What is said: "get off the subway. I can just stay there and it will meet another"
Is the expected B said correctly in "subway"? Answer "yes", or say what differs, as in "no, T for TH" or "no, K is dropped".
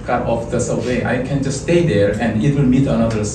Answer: no, B is dropped